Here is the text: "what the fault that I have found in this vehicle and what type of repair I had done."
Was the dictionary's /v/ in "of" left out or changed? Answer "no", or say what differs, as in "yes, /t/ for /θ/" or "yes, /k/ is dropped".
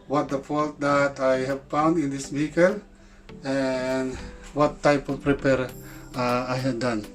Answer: yes, /p/ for /v/